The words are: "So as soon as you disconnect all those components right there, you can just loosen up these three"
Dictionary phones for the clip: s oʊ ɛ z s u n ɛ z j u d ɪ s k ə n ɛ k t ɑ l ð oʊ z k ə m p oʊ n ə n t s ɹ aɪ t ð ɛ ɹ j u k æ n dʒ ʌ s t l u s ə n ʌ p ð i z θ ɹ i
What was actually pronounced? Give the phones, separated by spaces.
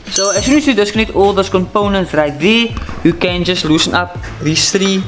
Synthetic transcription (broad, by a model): s oʊ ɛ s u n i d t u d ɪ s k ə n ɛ t ɑ l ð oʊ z k ə m p oʊ n ə n t s ɹ aɪ t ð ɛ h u k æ n dʒ ʌ s t l u s ə n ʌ p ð i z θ ɹ i